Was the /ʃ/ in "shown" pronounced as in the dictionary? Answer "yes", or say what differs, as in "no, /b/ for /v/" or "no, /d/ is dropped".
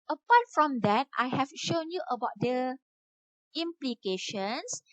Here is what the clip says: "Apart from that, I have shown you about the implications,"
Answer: yes